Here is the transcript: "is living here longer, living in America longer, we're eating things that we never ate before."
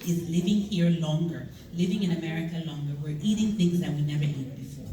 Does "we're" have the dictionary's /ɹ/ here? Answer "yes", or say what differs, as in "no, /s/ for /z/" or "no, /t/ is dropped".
yes